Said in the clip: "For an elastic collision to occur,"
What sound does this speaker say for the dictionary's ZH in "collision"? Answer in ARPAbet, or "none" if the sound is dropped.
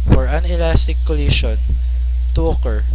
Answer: SH